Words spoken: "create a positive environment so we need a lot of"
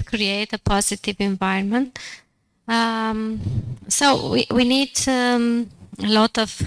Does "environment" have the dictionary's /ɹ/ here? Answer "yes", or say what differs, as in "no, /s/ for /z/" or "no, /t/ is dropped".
no, /ɹ/ is dropped